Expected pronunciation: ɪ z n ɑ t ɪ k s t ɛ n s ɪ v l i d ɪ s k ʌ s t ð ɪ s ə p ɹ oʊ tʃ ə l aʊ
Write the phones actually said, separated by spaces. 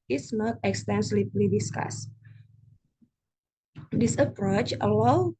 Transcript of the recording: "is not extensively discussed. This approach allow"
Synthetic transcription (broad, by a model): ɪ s n ɑ t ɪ k s t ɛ n s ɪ p l i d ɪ s k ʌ s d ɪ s ə p ɹ oʊ tʃ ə l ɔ